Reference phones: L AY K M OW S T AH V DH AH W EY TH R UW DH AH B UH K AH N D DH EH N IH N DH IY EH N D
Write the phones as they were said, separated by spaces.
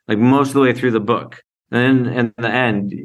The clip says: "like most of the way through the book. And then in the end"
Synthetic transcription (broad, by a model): L AY K M OW S T AH V DH AH W EY TH R UW DH AH B UH K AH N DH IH N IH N DH IY EH N D